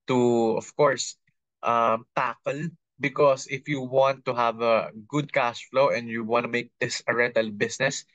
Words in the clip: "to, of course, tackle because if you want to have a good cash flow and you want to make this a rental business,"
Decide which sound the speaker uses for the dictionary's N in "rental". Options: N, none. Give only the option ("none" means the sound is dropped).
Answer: none